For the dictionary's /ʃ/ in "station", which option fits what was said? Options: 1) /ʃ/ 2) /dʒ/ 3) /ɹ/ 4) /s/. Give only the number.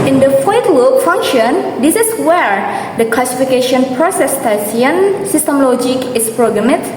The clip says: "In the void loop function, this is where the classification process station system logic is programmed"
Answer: 4